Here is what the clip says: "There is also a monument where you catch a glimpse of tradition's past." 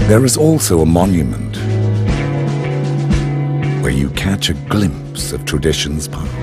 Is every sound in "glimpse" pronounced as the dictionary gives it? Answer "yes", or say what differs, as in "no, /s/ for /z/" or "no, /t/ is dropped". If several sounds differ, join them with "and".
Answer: yes